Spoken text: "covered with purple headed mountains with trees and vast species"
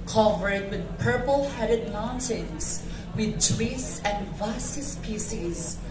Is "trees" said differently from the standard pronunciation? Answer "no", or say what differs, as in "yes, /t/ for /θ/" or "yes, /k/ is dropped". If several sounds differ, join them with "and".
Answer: yes, /w/ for /ɹ/